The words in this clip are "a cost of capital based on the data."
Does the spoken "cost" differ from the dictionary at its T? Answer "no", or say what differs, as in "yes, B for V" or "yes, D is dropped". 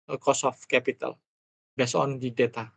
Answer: yes, T is dropped